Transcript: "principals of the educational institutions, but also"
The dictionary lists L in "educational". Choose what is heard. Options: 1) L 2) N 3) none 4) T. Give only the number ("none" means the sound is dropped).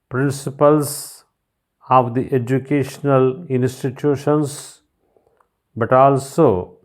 1